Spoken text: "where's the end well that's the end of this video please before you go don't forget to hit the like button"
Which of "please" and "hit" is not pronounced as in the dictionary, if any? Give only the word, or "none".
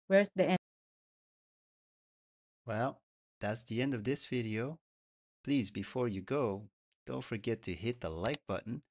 none